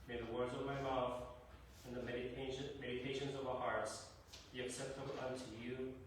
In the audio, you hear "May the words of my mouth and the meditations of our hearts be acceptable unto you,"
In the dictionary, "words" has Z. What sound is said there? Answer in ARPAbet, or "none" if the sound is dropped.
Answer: Z